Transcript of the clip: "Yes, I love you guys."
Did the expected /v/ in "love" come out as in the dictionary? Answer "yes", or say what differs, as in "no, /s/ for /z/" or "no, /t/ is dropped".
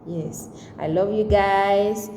yes